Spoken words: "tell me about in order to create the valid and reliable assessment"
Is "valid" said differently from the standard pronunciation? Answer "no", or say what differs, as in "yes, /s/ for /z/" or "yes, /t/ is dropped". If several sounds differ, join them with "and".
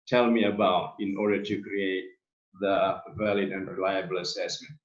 no